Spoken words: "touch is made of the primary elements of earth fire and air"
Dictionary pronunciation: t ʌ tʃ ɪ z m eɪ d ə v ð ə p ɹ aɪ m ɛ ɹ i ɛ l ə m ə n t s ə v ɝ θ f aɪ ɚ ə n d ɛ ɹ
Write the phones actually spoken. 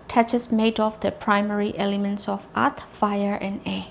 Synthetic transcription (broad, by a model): t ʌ tʃ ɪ s m eɪ d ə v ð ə p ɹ aɪ m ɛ ɹ i ɛ l ə m ə n t s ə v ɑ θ f aɪ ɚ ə n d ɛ